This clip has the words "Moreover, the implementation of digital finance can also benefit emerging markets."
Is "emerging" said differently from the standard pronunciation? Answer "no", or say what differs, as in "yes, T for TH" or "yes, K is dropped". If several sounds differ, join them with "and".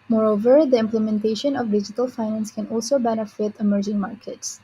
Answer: no